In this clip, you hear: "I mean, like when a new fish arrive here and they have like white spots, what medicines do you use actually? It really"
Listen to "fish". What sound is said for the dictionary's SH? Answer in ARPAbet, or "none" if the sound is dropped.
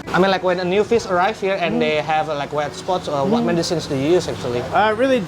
S